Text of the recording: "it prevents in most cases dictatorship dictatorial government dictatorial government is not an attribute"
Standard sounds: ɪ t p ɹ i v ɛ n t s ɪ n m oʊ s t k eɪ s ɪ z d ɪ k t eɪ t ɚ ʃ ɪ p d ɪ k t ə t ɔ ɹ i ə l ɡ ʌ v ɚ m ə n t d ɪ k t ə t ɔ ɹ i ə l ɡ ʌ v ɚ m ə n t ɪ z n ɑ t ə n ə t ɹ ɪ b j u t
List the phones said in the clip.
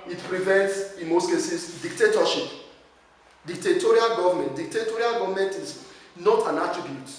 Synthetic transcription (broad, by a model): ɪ t p ɹ i v ɛ n t s ɪ n m oʊ s t k eɪ s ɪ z d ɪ k t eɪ t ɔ ʃ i p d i k t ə t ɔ ɹ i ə l ɡ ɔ v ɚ m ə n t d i k t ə t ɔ ɹ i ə l ɡ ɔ v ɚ m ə n t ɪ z n ɑ t ə n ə t ɹ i b j u t